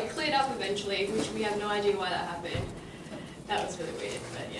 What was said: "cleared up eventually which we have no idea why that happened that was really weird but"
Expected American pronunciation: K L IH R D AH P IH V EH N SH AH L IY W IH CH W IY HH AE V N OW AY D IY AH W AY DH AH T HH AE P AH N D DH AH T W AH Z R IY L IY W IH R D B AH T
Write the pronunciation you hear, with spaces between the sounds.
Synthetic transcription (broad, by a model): K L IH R D AH P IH V EH N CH L IY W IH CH W IY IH V N OW AY D IY AH W AY DH AH T HH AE B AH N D DH AH T W AH Z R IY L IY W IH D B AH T